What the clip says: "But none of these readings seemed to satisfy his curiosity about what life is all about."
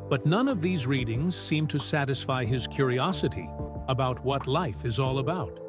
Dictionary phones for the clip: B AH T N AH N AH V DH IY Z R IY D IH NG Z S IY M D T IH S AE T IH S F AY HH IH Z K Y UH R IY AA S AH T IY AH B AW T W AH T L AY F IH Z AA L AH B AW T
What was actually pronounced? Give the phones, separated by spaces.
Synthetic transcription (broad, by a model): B AH T N AH N AH V DH IY Z R IY D IH NG Z S IY M T IH S AE T IH S F AY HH IH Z K Y UH R IY AA S AH T IY AH B AW T W AH T L AY F IH Z AA L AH B AW T